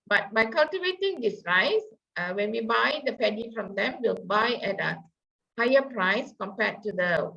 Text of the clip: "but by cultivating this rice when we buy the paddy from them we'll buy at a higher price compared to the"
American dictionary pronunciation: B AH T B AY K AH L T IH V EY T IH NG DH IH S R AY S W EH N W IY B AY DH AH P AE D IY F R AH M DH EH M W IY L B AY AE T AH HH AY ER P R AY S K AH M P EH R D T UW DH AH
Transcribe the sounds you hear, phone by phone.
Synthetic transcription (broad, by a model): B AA T B AY K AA L T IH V EY T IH NG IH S R AY S W EH N W IY B AY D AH P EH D IY F R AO M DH EH M W IY L B AY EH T AH HH AY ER P R AY S K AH M P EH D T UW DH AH